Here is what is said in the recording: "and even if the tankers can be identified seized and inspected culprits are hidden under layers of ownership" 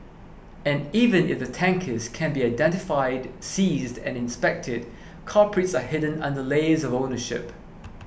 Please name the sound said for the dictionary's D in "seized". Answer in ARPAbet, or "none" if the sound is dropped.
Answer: D